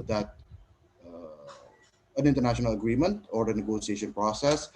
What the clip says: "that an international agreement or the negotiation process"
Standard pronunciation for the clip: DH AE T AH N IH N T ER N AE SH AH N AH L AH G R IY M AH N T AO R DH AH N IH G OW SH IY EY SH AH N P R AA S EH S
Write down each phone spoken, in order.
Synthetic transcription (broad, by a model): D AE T AH N IH N T ER N AE SH AH N AH L AH G R IY M AH N T AO R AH N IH G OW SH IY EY SH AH N P R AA S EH S